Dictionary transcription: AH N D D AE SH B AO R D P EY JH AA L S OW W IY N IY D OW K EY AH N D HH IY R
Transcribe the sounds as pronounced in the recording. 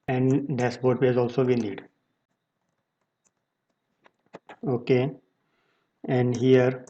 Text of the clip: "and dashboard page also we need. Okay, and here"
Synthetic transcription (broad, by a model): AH N D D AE S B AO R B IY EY Z AA L S OW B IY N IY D OW K EY AH N D HH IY R